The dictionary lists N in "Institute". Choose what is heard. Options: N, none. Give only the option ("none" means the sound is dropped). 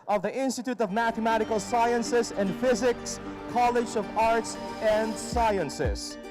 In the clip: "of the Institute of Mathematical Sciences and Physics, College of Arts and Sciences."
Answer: N